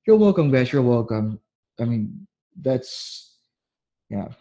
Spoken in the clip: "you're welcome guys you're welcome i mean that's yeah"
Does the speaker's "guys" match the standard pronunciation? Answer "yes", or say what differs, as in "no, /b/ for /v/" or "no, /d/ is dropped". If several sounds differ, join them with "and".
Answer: no, /s/ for /z/